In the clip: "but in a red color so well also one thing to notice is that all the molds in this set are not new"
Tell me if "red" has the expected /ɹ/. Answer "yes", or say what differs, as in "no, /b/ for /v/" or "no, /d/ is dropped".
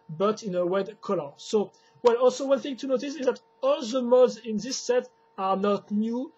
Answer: no, /w/ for /ɹ/